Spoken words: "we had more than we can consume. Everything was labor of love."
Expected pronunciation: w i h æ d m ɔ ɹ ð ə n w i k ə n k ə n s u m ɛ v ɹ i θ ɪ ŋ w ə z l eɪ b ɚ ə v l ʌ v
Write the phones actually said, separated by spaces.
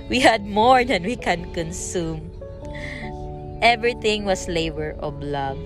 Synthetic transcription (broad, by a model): w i h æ d m ɔ ɹ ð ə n w i k ə n k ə n s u m ɛ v ɹ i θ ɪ ŋ w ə s l eɪ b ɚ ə b l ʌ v